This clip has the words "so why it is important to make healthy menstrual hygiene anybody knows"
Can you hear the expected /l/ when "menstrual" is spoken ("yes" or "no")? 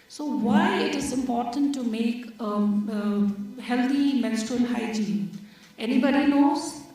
no